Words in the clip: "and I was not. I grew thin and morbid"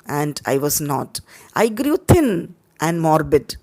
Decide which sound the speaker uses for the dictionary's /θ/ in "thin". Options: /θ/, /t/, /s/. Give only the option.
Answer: /t/